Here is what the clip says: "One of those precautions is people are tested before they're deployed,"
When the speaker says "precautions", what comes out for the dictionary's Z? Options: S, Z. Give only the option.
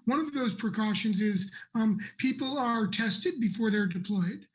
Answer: Z